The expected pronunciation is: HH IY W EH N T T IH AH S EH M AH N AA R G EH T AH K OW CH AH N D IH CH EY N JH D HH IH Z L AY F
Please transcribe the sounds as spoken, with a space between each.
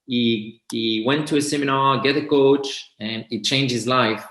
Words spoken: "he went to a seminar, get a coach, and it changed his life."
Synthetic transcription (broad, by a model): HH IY W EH N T T IH AH S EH M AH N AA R G EH T AH K OW CH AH N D IH CH EY N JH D HH IH Z L AY F